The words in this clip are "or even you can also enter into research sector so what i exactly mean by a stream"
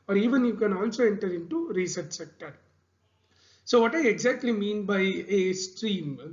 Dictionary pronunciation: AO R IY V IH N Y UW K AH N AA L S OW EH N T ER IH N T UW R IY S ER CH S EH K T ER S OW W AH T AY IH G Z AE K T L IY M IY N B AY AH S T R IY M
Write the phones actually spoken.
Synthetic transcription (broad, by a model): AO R IY V IH N Y UW K AH N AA N S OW EH N T ER IH N T UW R IY S ER CH S EH K T ER S OW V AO T AY IH G Z AE K T L IY M IY N B AY AH S T R IY M